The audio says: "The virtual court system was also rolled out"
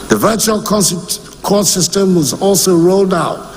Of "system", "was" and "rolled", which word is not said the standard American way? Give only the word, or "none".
none